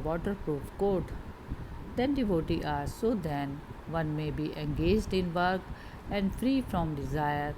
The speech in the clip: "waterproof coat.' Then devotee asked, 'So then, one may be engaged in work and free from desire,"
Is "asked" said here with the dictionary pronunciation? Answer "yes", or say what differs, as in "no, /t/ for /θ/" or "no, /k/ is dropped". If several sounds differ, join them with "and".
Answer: no, /s/ is dropped